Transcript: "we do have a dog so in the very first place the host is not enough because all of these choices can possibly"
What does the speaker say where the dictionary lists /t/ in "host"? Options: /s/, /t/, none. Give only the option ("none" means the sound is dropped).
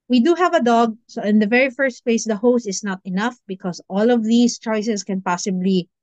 /t/